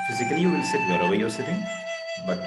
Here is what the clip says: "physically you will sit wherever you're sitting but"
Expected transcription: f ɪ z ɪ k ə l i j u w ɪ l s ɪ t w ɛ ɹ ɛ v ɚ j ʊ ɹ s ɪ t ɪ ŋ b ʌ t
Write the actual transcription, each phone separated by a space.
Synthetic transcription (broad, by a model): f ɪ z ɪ k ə l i j u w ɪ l s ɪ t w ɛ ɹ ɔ w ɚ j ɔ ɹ s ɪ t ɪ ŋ b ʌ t